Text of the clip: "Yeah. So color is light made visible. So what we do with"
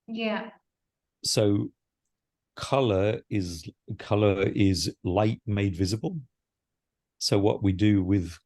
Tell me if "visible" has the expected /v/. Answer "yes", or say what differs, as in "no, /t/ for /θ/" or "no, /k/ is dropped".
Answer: yes